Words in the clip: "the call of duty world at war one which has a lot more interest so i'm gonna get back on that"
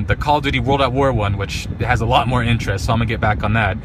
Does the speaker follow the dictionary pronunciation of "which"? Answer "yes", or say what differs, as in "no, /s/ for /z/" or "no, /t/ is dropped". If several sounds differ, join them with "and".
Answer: yes